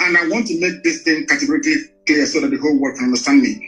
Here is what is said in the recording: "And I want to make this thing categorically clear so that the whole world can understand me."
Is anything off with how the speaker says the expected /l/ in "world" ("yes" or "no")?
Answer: yes